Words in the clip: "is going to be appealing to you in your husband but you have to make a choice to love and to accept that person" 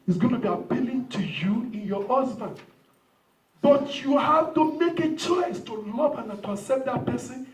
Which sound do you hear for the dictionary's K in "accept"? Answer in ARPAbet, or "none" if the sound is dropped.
none